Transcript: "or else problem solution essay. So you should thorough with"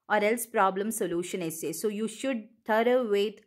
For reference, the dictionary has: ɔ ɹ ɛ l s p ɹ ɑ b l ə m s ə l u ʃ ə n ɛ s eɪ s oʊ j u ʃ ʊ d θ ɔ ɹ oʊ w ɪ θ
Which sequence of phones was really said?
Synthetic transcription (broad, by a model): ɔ ɹ ɛ l s p ɹ ɑ b l ə m s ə l u ʃ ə n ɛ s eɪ s oʊ j u ʃ ʊ d t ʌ ɹ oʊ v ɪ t